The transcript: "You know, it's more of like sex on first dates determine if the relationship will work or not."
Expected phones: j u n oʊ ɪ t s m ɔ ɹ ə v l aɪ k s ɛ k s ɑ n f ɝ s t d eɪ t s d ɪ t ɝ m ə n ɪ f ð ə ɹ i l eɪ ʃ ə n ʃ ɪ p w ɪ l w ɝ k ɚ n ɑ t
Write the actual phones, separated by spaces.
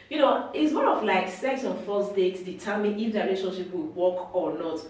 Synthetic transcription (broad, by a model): j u n oʊ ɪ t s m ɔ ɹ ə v l aɪ k s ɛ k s ɑ n f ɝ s d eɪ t d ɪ t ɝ m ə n ɪ f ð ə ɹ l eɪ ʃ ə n ʃ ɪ p w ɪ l w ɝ k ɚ n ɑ t